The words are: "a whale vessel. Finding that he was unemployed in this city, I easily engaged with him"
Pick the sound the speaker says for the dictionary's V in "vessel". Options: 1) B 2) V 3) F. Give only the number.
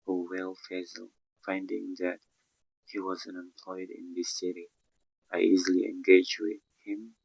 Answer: 3